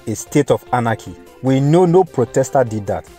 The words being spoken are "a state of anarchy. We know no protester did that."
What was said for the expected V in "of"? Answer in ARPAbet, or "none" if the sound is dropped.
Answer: F